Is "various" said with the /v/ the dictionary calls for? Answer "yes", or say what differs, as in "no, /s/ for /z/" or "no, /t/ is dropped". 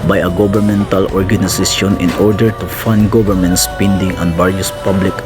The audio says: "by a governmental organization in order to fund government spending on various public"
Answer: no, /b/ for /v/